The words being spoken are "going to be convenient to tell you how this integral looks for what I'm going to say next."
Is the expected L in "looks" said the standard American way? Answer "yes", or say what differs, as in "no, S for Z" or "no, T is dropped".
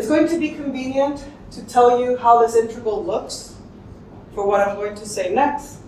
yes